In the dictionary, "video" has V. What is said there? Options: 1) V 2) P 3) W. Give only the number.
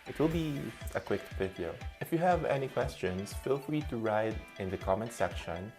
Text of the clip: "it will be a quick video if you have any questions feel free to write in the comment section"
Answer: 2